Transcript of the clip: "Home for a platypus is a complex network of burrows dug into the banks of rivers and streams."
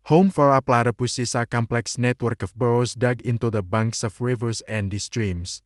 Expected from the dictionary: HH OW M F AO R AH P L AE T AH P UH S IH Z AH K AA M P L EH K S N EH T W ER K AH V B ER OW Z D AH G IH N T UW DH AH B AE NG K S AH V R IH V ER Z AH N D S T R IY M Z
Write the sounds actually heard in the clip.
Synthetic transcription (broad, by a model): HH OW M F AO R AH P L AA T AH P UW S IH S AH K AA M P L EH K S N EH T W ER K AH F B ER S D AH G IH N T UW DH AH B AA NG K S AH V R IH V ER S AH N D S T R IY M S